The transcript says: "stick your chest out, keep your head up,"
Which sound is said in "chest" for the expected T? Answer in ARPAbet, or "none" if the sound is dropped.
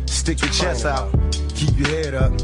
none